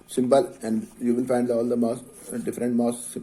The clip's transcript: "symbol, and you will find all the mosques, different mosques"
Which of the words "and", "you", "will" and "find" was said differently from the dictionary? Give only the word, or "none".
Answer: will